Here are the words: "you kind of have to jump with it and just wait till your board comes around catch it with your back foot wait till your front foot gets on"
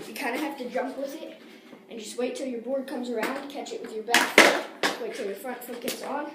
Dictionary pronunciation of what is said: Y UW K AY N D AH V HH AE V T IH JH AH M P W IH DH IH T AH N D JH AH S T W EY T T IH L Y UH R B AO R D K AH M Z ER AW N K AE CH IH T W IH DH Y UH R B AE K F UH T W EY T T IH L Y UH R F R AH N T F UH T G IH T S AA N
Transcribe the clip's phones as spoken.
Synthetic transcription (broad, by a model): Y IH K AY N D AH HH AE F T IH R AH M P W IH DH IH T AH N JH AH S T W EY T T IH L Y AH R B AO R D K AH M Z ER AW N K AE CH IH T W IH DH Y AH R B AE K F W EY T T IH L Y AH R F R AH N T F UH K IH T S N